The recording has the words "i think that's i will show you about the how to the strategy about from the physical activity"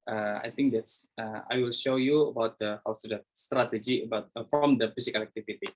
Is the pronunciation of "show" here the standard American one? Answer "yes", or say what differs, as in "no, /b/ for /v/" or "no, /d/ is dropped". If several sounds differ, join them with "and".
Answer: yes